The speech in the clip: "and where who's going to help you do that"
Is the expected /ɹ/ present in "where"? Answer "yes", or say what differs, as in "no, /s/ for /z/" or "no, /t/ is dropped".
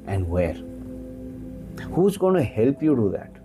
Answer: yes